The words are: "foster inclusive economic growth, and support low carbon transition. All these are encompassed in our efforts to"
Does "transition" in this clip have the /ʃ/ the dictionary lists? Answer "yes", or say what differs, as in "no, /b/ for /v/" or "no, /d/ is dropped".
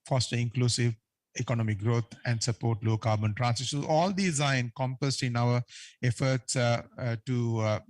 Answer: no, /s/ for /ʃ/